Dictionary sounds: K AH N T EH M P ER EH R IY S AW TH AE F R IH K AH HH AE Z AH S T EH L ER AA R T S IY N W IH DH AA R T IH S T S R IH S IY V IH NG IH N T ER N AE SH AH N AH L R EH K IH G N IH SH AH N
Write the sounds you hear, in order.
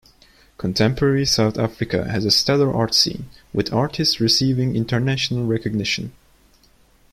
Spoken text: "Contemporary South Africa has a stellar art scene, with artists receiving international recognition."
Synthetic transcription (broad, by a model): K AH N T EH M P ER EH R IY S AW TH AE F R IH K AH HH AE Z AH S T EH L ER AA R T S IY N W IH DH AA R T IH S T S R IH S IY V IH NG IH N T ER N AE SH AH N AH L R EH K IH G N IH SH AH N